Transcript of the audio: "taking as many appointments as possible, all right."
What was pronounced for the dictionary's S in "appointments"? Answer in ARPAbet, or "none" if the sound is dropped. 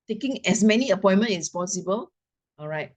none